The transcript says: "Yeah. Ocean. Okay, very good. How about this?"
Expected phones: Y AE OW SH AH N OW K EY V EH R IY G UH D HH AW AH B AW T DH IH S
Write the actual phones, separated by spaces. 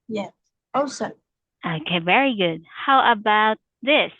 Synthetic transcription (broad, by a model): Y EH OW S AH OW K EY V EH R IY G UH D HH AW AH B AW T DH IH S